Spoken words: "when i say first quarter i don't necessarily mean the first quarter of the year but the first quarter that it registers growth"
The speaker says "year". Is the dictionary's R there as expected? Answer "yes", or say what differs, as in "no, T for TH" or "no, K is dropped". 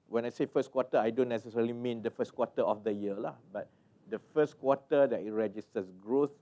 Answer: no, L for R